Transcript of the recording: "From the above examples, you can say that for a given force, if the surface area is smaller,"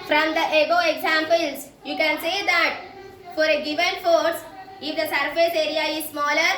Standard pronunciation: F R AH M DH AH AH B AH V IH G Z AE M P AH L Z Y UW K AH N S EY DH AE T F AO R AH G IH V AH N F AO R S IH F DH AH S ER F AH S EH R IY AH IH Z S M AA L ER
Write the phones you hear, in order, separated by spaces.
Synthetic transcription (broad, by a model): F R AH M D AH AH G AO IH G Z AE M P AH L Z Y UW K AH N S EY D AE T F AO R AH G IH V AH N F AO R S IH F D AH S ER F AH S EH R IY AH IH Z S M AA L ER